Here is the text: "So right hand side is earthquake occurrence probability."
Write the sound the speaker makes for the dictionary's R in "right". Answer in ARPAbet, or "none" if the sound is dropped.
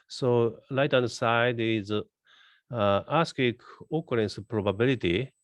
L